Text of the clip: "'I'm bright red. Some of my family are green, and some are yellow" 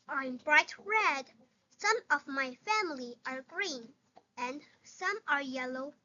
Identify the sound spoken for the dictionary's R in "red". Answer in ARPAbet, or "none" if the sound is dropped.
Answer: R